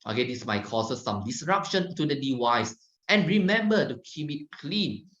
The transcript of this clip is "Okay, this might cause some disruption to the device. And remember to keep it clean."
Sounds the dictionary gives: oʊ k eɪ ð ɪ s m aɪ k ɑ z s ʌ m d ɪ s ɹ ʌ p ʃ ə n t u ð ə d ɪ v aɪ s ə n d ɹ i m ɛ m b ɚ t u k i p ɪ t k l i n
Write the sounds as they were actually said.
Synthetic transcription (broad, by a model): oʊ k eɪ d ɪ s m aɪ k ɑ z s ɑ m d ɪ s ɹ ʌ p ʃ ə n t u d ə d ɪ w aɪ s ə n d ɹ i m ɛ m b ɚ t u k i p ɪ t k l i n